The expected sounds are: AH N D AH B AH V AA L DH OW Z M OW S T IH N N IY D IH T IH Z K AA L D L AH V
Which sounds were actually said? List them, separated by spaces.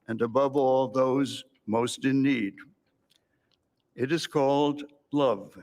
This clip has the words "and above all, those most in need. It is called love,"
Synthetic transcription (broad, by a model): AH N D AH B AH V AA L DH OW Z M OW S T IH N N IY D IH T IH Z K AA L D L AH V